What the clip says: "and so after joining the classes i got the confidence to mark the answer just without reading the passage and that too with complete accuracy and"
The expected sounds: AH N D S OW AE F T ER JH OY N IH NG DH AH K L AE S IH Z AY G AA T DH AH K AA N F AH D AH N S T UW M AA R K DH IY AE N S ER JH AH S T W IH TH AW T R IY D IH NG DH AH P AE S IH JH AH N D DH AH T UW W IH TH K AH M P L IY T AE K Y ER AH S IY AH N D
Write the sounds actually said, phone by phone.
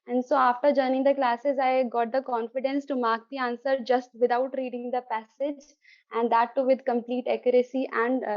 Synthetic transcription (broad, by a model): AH N D S OW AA F T ER JH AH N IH NG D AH K L AE S IH Z AY G AA T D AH K AA N F AH D AH N S T UW M AA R K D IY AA N S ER JH AH S T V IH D AW T R IY D IH NG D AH P AE S IH JH AH N D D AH T UW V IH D K AH M P L IY T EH K Y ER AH S IY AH N D